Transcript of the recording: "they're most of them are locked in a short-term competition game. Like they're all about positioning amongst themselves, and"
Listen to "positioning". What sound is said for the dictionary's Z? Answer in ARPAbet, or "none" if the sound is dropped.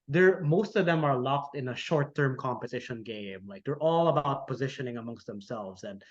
Z